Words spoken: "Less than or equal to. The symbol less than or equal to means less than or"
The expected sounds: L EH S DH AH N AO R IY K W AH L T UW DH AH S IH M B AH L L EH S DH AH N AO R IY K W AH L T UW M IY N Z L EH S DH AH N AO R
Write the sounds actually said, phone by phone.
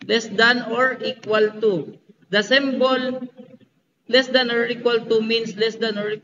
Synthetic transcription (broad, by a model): L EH S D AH N AO R IY K W AH L T UW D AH S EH M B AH L L EH S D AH N AO R IY K W AH L T UW M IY N S L EH S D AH N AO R